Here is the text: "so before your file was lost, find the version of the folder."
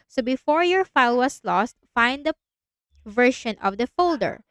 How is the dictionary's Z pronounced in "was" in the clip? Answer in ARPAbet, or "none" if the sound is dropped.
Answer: S